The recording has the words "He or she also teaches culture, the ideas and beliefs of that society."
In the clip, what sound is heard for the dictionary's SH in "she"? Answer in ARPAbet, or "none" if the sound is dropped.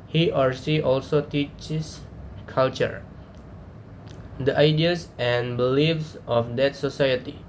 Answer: S